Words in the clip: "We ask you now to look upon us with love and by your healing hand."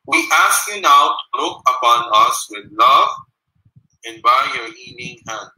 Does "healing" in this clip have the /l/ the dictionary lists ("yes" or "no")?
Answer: no